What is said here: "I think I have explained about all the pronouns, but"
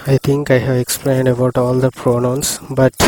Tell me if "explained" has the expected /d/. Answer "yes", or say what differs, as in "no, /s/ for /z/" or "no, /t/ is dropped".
yes